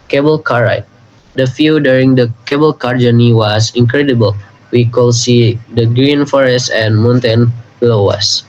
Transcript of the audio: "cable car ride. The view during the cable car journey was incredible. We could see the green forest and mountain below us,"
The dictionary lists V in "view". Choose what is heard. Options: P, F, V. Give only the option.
F